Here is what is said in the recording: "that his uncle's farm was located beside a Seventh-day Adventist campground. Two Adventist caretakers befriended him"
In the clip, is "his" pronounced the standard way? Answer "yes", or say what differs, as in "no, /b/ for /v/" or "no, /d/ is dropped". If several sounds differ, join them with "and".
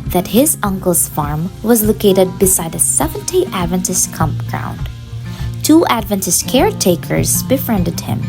yes